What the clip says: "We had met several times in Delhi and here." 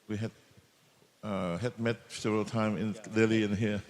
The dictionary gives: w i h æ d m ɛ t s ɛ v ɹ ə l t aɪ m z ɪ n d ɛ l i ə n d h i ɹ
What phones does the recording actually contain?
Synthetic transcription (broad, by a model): w i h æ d m ɛ t s ɛ v ɹ ə l t aɪ m ɪ n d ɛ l i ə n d h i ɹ